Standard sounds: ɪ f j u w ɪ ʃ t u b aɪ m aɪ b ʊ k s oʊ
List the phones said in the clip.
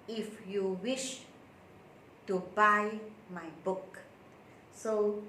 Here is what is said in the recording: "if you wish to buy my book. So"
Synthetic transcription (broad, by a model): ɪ f j u w ɪ ʃ t u b aɪ m aɪ b ʊ k s oʊ